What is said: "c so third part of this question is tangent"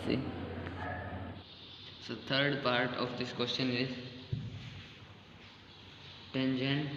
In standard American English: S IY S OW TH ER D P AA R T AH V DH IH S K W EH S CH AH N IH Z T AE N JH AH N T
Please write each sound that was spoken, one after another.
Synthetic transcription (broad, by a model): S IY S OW T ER D P AA R T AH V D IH S K W EH S CH AH N IH Z T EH N JH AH N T